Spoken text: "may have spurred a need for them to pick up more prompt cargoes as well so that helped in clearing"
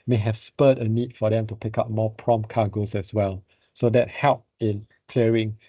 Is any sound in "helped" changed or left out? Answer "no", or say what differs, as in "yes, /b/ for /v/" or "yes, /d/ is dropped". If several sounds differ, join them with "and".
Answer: yes, /t/ is dropped